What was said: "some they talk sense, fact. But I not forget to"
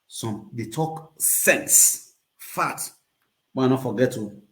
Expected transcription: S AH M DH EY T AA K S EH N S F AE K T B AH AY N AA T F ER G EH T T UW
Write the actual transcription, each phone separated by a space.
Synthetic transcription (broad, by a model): S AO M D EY T AA K S EH N S F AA T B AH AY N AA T F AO G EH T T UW